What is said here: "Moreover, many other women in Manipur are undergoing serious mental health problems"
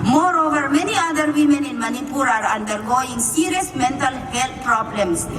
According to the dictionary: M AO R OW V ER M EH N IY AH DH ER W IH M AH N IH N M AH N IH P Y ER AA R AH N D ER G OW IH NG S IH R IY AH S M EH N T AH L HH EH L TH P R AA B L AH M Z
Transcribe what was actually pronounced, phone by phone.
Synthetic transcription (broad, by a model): M AO R OW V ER M EH N IY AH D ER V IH M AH N IH N M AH N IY P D AA R AH N D ER G OW IH NG S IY R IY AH S M EH N T AH L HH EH L T P R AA B L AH M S